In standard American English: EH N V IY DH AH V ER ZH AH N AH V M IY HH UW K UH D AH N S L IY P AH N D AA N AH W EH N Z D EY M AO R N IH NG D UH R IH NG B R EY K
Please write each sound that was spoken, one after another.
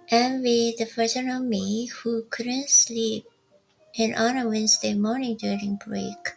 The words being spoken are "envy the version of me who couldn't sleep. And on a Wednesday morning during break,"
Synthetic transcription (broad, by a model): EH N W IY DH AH F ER S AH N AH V M IY HH UW K UH D AH N S L IY P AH N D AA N AH W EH N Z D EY M AO R N IH NG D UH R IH NG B R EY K